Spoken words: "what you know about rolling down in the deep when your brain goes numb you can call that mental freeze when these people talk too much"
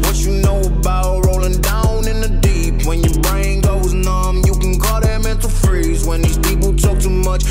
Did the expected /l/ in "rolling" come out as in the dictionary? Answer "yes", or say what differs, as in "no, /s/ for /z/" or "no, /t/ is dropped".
yes